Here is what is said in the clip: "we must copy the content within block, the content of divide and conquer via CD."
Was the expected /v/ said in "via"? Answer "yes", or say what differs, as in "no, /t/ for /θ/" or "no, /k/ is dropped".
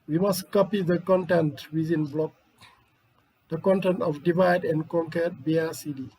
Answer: no, /b/ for /v/